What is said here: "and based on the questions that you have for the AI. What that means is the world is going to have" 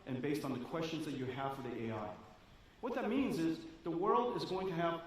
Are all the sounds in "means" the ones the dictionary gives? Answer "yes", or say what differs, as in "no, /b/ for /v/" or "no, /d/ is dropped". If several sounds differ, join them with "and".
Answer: yes